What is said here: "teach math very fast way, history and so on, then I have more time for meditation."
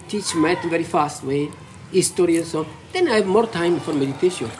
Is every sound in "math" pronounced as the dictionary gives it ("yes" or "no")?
no